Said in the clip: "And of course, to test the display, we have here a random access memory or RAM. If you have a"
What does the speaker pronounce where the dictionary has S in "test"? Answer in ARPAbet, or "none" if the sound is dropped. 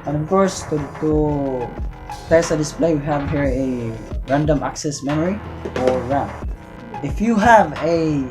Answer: none